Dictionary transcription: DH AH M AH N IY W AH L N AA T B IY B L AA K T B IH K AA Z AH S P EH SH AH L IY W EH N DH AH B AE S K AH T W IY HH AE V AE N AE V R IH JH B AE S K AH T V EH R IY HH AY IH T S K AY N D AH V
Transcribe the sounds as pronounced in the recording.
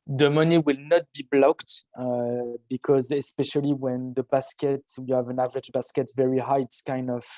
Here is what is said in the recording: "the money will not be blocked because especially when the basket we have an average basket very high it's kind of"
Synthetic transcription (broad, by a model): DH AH M AH N IY W AH L N AA T B IY B L AA K T B IH K AA Z AH S P EH SH AH L IY W EH N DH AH B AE S K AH T W IY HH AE V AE N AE V R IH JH B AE S K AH T V EH R IY HH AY IH T S K AY N D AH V